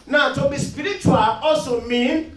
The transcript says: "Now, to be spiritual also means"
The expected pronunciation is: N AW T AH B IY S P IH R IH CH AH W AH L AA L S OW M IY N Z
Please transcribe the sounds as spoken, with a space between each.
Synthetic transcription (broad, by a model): N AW T AH B IY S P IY R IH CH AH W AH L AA S OW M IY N